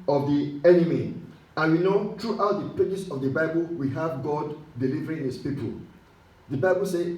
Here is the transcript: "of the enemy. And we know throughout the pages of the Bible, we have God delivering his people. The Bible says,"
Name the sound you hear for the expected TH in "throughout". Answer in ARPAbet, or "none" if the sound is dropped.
T